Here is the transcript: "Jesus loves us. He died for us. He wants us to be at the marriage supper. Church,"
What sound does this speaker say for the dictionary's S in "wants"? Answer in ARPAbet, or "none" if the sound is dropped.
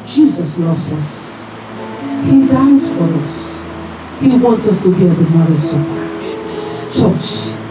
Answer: none